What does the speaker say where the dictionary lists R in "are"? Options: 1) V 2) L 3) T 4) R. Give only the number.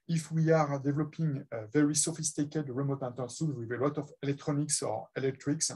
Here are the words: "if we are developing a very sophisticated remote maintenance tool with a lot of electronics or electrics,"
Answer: 4